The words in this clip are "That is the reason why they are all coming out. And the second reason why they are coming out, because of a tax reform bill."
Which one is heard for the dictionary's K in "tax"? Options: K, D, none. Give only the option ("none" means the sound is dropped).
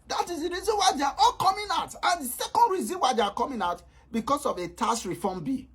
none